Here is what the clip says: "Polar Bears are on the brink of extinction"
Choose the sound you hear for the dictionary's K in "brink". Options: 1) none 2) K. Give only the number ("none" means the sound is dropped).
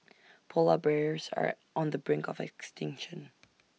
2